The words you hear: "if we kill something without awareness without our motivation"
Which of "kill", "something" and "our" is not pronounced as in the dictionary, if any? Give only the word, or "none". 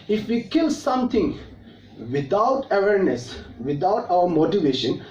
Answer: something